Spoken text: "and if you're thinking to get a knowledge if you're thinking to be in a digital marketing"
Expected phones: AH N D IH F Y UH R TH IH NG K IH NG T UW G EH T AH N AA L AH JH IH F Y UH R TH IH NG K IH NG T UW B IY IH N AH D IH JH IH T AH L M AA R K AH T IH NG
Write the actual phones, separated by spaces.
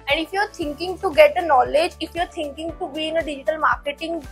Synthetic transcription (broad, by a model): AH N D IH F Y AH R T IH NG K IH NG T UW G EH T AH N AA L AH JH IH F Y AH R T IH NG K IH NG T UW B IY IH N AH D IH JH IH T AH L M AA R K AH T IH NG